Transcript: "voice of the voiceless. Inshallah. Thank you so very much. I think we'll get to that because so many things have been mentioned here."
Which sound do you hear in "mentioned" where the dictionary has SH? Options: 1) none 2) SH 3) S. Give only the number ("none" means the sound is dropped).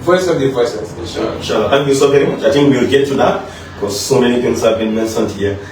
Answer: 3